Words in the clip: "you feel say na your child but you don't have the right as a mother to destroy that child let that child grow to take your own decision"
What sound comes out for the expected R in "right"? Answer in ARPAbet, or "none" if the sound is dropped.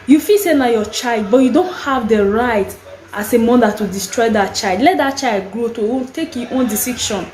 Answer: R